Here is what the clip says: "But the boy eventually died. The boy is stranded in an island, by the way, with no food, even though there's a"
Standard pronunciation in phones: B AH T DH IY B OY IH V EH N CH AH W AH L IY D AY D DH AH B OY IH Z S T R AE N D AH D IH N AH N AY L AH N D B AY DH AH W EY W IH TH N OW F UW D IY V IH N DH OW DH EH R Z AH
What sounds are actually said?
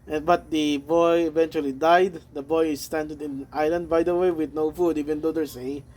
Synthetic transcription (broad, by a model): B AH T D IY B OY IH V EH N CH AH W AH L IY D AY D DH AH B OY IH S T AE N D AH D IH N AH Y L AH N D B AY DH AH W EY W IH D N OW F UW D IY V IH N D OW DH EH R S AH